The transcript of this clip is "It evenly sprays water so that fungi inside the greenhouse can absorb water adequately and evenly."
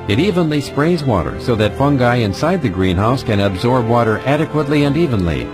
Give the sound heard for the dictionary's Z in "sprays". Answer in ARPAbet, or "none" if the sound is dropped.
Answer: Z